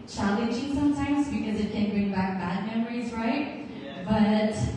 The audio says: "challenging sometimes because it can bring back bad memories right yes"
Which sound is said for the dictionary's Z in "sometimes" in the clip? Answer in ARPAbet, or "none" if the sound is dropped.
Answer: Z